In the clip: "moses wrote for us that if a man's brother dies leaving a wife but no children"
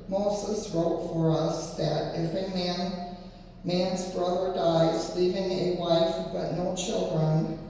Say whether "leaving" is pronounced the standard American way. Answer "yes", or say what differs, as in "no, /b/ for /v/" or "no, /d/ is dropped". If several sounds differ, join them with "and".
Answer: yes